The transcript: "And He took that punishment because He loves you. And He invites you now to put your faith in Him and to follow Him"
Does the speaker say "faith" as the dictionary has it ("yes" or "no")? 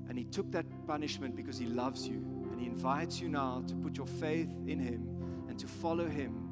yes